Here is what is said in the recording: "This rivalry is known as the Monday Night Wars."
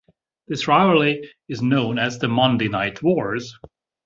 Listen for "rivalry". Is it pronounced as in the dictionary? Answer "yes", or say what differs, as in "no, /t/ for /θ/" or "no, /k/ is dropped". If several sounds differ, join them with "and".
no, /v/ is dropped and /ɹ/ is dropped